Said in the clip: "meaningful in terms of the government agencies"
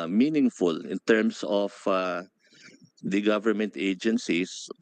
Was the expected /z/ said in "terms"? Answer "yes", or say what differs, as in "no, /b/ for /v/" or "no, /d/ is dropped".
no, /s/ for /z/